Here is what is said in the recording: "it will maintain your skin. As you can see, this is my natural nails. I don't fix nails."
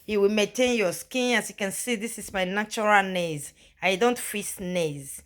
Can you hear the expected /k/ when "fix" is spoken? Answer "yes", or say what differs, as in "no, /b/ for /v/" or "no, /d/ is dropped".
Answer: no, /k/ is dropped